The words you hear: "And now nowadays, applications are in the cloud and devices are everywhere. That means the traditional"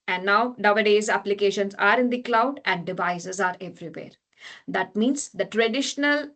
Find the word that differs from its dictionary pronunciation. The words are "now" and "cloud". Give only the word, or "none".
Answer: none